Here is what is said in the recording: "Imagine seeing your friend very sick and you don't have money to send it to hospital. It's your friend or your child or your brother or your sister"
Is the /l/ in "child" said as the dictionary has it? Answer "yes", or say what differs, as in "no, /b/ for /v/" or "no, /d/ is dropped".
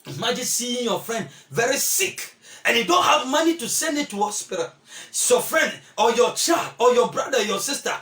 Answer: yes